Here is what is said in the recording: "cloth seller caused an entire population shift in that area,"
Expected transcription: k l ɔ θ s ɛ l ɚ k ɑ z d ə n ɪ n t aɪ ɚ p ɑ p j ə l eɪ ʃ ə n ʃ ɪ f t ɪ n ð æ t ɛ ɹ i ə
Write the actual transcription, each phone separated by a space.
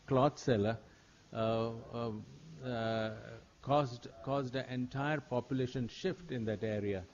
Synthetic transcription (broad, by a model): k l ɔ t s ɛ l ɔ k ɑ z d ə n ɪ n t aɪ ɚ p ɑ p j ə l eɪ ʃ ə n ʃ ɪ f t ɪ n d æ t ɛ ɹ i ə